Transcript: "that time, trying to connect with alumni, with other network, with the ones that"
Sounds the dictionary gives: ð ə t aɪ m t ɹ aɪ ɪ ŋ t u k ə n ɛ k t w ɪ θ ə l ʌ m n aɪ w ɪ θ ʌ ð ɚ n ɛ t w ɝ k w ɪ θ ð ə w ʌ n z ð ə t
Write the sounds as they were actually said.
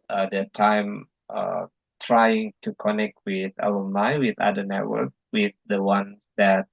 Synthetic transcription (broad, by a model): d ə t aɪ m t ɹ aɪ ɪ ŋ t u k ə n ɛ k t w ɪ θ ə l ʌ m l aɪ w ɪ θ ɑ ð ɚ n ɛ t w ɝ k w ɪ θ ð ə w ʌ n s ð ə t